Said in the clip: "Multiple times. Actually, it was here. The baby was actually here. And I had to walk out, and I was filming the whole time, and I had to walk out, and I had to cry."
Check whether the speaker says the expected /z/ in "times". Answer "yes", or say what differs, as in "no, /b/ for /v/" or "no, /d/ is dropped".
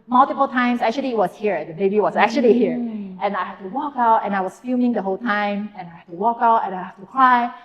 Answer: no, /s/ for /z/